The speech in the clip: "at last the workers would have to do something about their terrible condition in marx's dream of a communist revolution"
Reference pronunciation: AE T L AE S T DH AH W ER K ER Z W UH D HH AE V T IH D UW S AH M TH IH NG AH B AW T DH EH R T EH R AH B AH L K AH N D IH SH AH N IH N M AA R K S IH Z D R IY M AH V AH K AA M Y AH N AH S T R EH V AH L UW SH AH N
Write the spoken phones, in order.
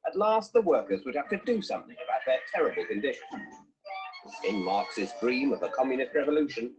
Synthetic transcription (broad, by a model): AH T L AE S T DH AH W ER K ER Z W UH D HH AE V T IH D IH S AH M TH IH NG AH B AW T DH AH R T EH R AH B AH L K AH N D IH SH AH N IH N M AA R K S IH Z D R IY M AH V AH K AA M Y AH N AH S T R EH V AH L UW SH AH N